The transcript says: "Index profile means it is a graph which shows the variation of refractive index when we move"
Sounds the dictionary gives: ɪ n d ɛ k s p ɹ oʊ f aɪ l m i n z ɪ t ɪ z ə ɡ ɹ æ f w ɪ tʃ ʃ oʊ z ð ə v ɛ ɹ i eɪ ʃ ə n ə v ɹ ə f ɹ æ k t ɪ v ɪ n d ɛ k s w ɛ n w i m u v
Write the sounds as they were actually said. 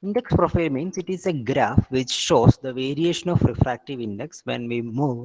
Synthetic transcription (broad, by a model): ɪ n d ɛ k s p ɹ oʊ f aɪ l m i n s ɪ t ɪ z ə ɡ ɹ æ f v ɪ tʃ ʃ oʊ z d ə v ɛ ɹ i eɪ ʃ ə n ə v ɹ ə f ɹ æ k t ɪ v ɪ n d ɛ k s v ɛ n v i m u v